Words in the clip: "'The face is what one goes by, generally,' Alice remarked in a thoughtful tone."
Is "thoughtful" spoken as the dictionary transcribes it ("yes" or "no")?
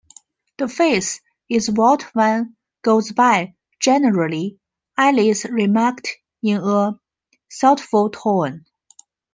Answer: no